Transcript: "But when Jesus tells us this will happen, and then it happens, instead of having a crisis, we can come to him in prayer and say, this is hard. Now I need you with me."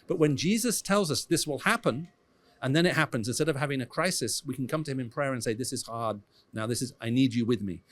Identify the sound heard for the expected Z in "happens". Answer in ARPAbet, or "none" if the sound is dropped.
Z